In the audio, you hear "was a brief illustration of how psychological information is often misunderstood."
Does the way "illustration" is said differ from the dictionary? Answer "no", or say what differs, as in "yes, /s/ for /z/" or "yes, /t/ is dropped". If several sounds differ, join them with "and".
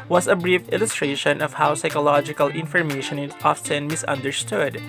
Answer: no